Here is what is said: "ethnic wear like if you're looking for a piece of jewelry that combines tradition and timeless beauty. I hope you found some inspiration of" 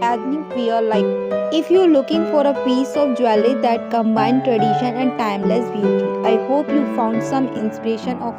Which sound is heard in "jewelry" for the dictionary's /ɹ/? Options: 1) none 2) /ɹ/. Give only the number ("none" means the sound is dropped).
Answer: 1